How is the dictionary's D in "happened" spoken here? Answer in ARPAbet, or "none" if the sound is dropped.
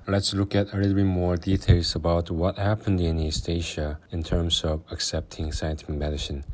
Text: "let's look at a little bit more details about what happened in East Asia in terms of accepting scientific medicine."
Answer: D